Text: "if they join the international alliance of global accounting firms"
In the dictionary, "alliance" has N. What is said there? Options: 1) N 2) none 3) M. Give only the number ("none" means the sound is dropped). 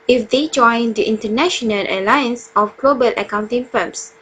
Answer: 1